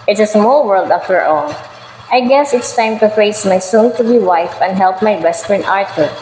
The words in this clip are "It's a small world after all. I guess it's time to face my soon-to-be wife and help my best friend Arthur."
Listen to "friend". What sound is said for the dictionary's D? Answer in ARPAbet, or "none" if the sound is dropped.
none